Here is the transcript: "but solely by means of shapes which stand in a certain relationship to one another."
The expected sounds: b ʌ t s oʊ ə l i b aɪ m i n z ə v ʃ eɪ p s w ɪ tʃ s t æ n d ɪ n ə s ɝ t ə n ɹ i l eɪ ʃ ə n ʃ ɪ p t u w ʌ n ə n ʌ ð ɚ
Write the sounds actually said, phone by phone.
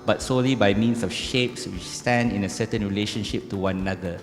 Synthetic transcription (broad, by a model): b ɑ t s oʊ l i b aɪ m i n s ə f ʃ eɪ p s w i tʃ s t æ n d ɪ n ə s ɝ t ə n ɹ i l eɪ ʃ ə n ʃ ɪ p t u w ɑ n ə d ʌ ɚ